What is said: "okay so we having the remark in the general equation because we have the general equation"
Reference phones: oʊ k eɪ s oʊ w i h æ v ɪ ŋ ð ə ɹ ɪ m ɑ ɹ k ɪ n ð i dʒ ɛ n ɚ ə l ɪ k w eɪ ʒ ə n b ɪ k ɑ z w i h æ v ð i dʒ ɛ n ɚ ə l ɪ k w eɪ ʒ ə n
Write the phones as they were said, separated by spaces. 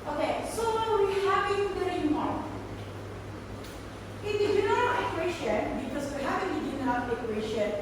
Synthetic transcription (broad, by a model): oʊ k eɪ s oʊ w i h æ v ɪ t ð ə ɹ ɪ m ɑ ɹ ɪ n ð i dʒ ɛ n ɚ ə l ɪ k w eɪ ʃ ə n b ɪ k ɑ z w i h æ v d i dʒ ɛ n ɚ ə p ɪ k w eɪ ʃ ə n